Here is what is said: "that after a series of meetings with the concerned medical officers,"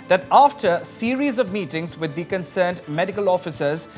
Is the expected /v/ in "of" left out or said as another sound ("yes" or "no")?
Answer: no